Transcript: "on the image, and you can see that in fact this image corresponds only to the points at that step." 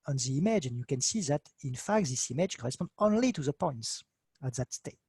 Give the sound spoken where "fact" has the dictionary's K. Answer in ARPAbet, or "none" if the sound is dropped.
K